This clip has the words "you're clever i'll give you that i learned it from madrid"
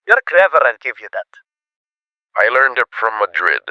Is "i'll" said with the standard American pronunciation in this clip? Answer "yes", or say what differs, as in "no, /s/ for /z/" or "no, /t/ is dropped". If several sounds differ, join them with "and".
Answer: no, /n/ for /l/